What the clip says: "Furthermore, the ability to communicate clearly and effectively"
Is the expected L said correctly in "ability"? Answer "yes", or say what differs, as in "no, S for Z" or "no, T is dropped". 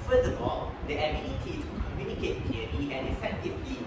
no, N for L